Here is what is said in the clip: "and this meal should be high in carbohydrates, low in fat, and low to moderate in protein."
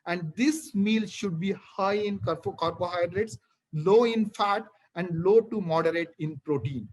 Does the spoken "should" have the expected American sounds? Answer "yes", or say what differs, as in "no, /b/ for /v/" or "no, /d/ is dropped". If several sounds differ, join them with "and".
yes